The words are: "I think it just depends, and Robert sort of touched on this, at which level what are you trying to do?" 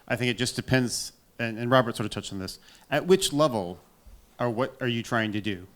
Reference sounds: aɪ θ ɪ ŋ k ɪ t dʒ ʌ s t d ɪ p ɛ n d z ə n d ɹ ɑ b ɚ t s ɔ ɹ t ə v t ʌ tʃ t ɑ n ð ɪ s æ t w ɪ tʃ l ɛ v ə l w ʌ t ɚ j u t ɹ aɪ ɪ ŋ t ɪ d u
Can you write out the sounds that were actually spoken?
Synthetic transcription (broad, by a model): aɪ θ ɪ ŋ k ɪ t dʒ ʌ s d ɪ p ɛ n d z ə n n ɹ ɑ b ɚ t s ɔ ɹ t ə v t ʌ tʃ n ð ɪ s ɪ t w ɪ tʃ l ɛ v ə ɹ w ʌ t ɚ j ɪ t ɹ aɪ ɪ ŋ t ɪ d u